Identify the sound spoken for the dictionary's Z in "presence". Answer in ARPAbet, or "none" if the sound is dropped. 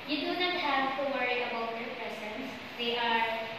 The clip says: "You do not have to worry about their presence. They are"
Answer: S